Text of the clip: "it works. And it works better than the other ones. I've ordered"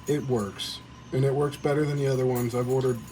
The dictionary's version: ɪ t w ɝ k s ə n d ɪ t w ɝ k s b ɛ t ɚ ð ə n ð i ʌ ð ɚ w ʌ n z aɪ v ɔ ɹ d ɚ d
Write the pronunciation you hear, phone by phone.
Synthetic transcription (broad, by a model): ɪ t w ɝ k s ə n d ɪ t w ɝ k s b ɛ t ɚ ð ə n ð i ʌ ð ɚ w ʌ n z aɪ v ɔ ɹ d ɚ d